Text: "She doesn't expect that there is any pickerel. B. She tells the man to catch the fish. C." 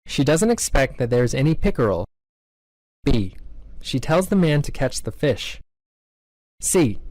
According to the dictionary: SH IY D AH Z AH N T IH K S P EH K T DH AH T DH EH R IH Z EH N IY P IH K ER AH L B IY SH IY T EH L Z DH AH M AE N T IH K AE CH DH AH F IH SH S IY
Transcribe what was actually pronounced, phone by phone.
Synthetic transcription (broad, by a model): SH IY D AH Z AH N T IH K S P EH K T DH AH T DH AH R IH Z EH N IY P IH K ER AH L B IY SH IY T EH L Z DH AH M AE N T IH K AE CH DH AH F IH SH S IY